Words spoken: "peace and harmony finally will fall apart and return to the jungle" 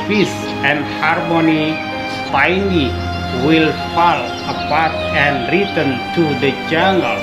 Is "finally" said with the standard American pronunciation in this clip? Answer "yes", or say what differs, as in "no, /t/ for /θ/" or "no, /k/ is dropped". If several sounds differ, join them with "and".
no, /p/ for /f/